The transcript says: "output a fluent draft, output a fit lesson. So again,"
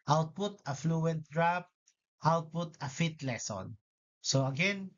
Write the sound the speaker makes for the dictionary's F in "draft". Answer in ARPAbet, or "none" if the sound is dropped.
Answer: P